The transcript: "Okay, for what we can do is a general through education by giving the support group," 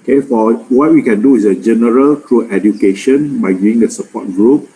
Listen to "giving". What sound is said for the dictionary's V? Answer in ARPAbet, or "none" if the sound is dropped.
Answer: none